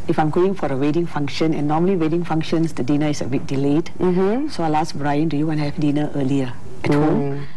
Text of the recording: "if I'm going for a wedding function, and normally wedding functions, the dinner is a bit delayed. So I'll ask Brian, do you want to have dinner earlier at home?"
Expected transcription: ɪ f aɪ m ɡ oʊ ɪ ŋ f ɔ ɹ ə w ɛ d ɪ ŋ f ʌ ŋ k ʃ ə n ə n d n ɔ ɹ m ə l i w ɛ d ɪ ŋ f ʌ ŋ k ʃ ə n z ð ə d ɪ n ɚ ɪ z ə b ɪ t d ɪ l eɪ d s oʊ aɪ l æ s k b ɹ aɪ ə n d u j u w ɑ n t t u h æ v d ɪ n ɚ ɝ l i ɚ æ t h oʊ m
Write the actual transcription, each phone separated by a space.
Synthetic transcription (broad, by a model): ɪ f aɪ m ɡ oʊ ɪ ŋ f ɔ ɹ ə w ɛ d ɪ ŋ f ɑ ŋ k ʃ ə n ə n n ɔ m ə l i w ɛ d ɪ ŋ f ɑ ŋ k ʃ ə n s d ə d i n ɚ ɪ s ə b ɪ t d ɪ l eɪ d s oʊ aɪ l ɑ s b ɹ aɪ ə n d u j u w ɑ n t t u h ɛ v d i n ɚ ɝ l i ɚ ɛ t h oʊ m